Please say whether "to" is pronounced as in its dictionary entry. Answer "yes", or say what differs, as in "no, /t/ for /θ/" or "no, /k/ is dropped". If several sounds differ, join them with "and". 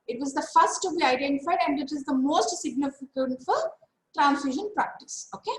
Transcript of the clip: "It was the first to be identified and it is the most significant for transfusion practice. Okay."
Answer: yes